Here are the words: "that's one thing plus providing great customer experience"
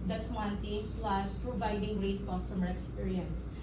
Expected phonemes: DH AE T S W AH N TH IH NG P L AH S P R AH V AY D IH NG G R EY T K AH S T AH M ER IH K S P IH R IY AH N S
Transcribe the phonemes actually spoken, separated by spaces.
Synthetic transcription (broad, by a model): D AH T S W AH N T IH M P L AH S P R AH V AY D IH NG R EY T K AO S T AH M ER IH K S P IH R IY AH N S